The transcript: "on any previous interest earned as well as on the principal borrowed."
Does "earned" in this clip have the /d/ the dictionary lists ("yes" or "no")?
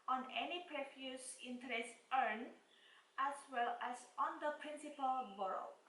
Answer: no